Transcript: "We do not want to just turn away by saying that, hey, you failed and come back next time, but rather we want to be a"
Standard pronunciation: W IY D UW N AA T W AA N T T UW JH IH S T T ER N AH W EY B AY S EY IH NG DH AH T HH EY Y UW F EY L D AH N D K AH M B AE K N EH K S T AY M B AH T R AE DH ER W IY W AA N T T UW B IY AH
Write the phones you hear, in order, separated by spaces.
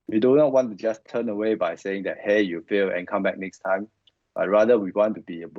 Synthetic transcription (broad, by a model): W IY D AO N AA T W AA N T T UW JH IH S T T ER N AH W EY B AY S EY IH NG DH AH T HH EY Y UW F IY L AH N K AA M B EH K N EH K S T AY M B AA T R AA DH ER W IY W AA N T T UW B IY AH